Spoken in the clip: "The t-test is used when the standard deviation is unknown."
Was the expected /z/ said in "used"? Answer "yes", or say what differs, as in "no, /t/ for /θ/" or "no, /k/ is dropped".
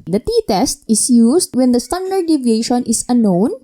no, /s/ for /z/